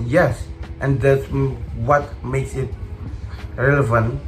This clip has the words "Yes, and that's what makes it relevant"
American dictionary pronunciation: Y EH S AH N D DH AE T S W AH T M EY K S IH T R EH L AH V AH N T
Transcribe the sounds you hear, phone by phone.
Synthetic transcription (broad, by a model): Y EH S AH N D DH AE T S W AH T M EY K S IH T R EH L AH V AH N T